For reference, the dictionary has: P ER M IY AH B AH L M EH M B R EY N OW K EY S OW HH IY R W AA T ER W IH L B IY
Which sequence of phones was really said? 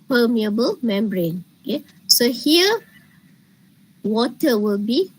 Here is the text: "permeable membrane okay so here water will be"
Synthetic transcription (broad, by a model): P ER M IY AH B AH L M EH M B R EY N OW K EY S OW HH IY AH W AA T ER W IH L B IY